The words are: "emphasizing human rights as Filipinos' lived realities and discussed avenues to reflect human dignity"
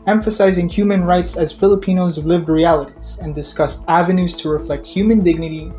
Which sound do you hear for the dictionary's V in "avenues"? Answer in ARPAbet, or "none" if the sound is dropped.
V